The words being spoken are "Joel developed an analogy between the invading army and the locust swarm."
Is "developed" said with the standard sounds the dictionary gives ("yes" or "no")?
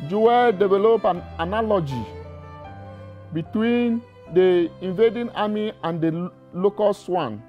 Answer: no